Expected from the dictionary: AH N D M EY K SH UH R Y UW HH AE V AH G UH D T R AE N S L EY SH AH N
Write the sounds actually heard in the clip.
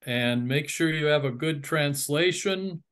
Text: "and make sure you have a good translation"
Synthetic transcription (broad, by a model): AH N M EY K SH UH R Y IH V AH G UH D T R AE N S L EY SH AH N